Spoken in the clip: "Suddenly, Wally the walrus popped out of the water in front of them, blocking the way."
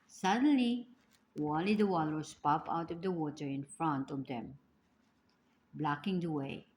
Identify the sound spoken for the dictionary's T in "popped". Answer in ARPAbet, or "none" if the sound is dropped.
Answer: none